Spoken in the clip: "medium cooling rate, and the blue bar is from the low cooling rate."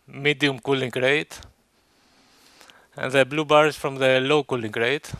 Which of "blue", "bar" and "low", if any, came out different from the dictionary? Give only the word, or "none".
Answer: none